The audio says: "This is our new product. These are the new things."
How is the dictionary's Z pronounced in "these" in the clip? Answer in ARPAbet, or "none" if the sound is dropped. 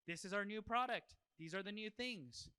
Z